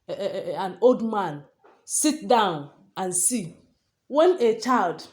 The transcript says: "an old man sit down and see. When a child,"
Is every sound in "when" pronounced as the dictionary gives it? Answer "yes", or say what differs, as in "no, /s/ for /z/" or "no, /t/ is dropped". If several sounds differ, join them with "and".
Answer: yes